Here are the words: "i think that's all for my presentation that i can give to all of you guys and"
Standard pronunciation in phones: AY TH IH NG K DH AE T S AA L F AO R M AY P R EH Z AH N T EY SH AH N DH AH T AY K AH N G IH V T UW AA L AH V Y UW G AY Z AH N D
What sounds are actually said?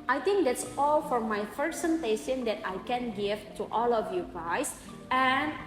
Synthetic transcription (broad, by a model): AY T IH NG K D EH T S AA L F AO R M AY F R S S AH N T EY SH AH N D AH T AY K AH N G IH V T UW AA L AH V Y UW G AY S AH N